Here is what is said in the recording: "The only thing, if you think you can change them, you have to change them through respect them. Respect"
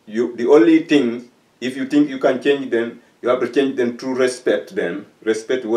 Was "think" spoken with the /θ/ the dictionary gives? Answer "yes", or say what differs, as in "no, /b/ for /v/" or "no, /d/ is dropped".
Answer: no, /t/ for /θ/